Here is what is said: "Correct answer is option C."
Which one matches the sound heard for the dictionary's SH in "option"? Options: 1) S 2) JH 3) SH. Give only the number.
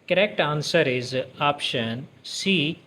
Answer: 3